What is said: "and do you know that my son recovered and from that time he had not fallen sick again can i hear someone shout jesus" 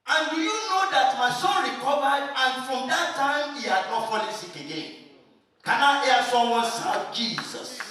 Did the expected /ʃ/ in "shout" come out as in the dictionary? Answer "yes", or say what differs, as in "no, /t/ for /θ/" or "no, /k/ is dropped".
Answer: no, /s/ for /ʃ/